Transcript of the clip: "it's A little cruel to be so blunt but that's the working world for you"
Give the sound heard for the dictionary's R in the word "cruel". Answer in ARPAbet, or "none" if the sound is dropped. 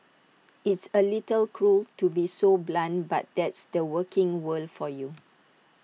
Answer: R